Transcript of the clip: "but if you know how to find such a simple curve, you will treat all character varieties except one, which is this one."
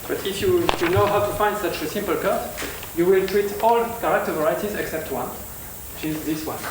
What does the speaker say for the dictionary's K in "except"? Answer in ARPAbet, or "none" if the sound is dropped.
K